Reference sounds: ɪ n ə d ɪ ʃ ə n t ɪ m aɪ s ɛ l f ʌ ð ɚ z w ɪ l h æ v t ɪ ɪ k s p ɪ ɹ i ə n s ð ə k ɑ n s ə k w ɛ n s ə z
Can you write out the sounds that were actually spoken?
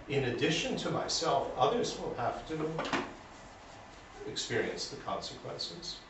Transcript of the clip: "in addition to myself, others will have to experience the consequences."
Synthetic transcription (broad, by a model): ɪ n ə d ɪ ʃ ə n t ɪ m aɪ s ɛ l f ʌ ð ɚ z w ɪ l h æ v t ɪ ɪ k s p ɪ ɹ i ə n s ð ə k ɑ n s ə k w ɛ n s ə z